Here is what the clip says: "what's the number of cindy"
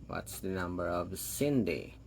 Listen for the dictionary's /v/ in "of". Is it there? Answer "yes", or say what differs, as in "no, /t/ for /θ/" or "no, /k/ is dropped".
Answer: yes